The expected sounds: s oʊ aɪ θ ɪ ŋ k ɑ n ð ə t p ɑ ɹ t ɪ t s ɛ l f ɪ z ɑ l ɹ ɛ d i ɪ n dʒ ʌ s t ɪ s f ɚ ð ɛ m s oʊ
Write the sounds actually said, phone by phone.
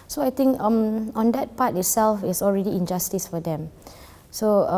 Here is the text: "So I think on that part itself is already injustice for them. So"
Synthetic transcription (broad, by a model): s oʊ aɪ t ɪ ŋ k ɑ n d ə t p ɑ t ɪ t s ɛ l f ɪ s ɑ l ɹ ɛ d i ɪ n dʒ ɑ s t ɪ s f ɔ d ɛ m s oʊ